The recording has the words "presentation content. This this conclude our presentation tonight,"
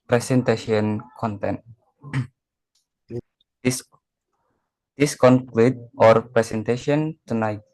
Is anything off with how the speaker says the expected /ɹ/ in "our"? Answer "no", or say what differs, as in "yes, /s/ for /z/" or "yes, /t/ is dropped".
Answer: no